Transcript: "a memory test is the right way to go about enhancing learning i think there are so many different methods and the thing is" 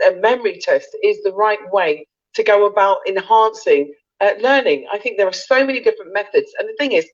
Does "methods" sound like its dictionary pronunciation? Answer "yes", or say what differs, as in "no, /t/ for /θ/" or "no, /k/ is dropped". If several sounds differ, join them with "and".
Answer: yes